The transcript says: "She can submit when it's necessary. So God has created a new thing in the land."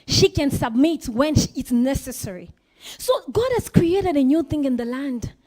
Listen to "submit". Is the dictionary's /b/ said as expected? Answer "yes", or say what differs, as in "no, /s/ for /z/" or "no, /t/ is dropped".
yes